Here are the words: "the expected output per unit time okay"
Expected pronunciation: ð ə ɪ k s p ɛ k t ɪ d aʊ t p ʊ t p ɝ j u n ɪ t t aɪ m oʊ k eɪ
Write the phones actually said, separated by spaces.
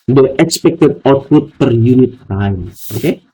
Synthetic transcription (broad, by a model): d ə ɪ k s p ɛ k t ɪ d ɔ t ʊ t p ɝ j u n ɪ t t aɪ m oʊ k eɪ